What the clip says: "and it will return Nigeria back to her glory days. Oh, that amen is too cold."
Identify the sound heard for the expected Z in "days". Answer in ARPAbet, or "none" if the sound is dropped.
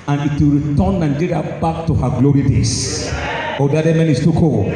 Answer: S